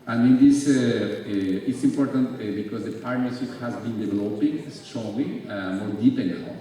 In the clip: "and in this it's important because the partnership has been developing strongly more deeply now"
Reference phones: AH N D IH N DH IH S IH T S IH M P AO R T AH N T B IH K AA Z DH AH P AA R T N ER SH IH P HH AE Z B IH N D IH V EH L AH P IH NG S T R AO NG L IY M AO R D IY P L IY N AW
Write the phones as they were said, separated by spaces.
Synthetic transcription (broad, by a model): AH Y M IH N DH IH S IH T S IH M P AO R T AH N T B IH K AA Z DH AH P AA R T N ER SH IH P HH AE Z B IH N D IH V EH L AH P IH NG S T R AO L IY M AO R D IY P IY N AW